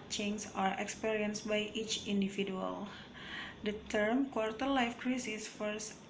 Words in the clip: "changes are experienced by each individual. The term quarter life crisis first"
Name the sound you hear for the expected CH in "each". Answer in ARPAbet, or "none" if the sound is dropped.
CH